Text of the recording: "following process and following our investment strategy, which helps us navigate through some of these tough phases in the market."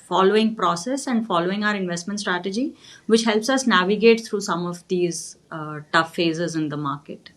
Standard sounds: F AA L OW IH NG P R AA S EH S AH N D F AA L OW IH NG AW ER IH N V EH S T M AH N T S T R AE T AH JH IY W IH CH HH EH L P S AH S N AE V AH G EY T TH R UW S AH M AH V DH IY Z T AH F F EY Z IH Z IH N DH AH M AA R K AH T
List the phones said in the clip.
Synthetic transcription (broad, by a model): F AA L OW IH NG P R AA S EH S AH N D F AA L OW IH NG AW ER IH N V EH S T M AH N T S T R AE T AH JH IY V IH CH HH EH L P S AH S N AE V AH G EY T T R UW S AH M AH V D IY Z T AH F F EY Z IH Z IH N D AH M AA R K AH T